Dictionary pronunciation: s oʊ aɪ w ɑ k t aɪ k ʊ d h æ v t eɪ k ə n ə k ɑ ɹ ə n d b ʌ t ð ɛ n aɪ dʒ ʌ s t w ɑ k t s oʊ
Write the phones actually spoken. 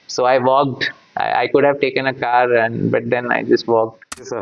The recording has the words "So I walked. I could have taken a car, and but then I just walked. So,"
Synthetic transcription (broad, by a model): s oʊ aɪ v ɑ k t aɪ k ʊ d h æ v t eɪ k ə n ə k ɑ ɹ ə n d b ʌ t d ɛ n aɪ dʒ ʌ s t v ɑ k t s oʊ